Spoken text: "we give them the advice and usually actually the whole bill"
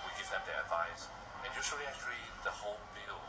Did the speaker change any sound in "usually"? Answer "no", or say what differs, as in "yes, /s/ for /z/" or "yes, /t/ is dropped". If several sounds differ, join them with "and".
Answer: yes, /s/ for /ʒ/